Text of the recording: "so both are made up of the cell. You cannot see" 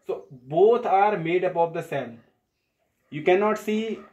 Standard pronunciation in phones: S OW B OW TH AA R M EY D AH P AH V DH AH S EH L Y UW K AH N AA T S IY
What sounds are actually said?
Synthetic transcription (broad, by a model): S OW B OW T AA R M EY D AH P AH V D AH S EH N Y UW K AH N AA T S IY